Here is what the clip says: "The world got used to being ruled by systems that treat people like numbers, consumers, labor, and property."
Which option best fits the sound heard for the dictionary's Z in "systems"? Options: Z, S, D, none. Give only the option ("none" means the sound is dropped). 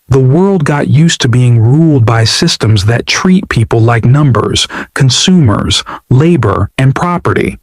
Z